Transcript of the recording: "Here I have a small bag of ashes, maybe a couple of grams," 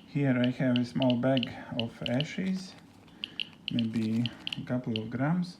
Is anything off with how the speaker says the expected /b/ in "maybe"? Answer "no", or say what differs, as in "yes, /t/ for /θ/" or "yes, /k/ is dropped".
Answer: no